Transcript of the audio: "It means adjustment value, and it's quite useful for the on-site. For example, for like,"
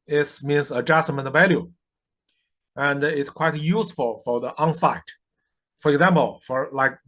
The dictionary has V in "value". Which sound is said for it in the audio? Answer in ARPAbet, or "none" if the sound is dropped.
V